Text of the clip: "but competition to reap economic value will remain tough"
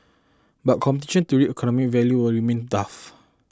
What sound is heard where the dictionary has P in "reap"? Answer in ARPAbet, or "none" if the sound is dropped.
none